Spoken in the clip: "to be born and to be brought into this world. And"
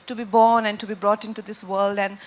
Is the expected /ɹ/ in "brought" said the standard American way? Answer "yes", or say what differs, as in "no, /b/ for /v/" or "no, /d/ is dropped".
yes